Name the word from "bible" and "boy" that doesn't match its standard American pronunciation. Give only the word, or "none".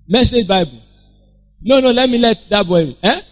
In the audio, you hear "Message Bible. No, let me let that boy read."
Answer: bible